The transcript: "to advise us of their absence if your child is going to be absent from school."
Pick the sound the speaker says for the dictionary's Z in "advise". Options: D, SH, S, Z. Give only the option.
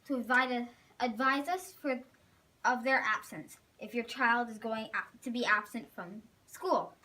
Z